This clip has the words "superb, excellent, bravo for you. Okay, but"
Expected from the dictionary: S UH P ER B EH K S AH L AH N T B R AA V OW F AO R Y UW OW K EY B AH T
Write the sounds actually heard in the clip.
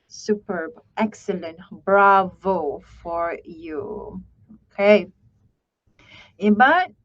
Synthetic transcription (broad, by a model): S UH P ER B EH K S AH L AH N T B R AA V OW F AO R Y UW OW K EY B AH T